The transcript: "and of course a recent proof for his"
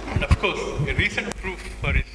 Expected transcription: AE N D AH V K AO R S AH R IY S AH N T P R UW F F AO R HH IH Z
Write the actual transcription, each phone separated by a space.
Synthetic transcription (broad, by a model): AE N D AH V K AO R S AH R IY S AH N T P R UW F F AO R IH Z